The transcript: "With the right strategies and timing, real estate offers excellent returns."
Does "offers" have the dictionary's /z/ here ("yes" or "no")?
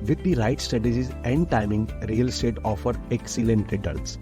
no